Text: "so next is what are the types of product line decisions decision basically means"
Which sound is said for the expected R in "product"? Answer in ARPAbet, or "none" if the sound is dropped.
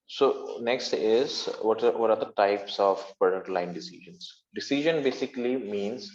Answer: R